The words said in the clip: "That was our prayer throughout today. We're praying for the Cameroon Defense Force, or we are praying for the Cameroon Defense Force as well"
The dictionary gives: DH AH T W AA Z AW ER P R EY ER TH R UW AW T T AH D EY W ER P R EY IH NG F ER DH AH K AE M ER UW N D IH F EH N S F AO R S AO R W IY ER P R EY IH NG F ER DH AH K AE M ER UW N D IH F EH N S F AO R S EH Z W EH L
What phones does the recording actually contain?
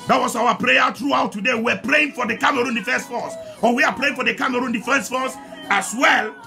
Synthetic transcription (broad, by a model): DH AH T W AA S AW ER P R EY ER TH R UW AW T T AH D EY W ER P R EY IH NG F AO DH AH K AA M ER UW N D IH F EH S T F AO S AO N W IY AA P R EY IH NG F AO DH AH K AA M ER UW N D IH F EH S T F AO S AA S W EH L